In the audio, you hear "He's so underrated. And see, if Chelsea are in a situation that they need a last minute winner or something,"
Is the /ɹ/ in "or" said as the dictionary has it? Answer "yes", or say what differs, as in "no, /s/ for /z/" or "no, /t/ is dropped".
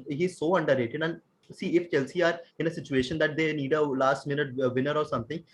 yes